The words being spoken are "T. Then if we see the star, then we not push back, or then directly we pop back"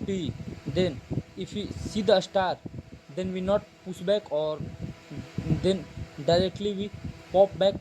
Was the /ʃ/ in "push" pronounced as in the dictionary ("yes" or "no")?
no